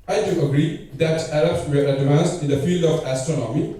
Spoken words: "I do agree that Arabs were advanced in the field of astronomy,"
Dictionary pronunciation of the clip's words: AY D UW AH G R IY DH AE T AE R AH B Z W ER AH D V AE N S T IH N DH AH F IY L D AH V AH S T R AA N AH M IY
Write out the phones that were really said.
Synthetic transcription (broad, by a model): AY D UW AH G R IY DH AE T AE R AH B S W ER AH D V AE N S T IH N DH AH F IY L D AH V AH S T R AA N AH M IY